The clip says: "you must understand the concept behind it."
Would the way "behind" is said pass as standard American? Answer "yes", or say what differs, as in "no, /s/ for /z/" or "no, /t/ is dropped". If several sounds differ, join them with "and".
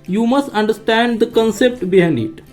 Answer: no, /d/ is dropped